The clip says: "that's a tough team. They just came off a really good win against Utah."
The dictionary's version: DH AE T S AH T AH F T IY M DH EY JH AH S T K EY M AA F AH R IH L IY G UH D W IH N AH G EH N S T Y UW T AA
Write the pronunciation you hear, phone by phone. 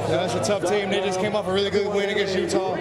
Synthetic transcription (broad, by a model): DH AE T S AH T AH F T IY M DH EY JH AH S K EY M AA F AH R IH L IY G UH D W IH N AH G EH S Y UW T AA